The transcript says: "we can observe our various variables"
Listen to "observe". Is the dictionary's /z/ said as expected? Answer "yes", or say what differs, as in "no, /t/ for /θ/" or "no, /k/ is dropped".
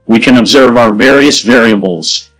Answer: yes